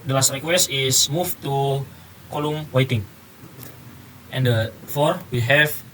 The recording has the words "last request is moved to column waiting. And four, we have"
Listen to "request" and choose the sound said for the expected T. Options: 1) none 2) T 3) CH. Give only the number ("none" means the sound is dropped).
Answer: 1